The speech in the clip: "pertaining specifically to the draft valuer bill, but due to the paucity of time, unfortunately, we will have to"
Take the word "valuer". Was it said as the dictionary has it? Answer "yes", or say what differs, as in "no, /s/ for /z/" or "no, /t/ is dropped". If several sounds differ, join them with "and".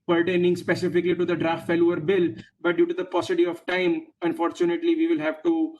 no, /f/ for /v/